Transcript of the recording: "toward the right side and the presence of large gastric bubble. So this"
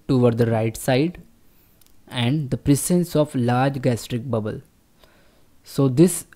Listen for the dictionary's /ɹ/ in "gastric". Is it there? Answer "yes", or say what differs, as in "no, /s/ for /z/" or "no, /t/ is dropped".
yes